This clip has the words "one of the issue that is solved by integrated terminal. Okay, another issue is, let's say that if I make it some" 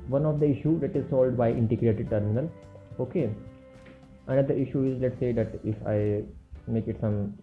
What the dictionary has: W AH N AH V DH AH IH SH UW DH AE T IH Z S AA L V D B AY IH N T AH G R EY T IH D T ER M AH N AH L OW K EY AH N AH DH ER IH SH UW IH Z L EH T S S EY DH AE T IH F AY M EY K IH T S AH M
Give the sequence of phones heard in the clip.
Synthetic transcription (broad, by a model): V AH N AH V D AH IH SH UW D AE T IH Z S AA L D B AY IH N T AH G R EY T IH D T ER M AH N AH L OW K EY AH N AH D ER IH SH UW IH Z L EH T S S EY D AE T IH F AY M EY K IH T S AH M